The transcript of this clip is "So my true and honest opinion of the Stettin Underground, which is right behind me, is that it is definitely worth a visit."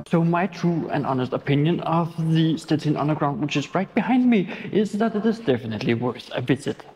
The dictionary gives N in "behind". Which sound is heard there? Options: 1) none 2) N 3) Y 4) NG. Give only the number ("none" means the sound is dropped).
2